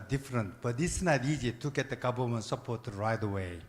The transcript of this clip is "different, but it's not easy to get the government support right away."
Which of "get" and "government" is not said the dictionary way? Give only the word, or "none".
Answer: government